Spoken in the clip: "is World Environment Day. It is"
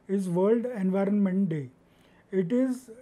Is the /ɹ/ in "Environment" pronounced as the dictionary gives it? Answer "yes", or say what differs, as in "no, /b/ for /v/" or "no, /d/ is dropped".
yes